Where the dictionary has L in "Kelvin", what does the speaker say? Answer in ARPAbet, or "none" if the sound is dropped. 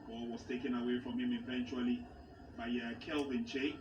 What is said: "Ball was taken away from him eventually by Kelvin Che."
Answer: L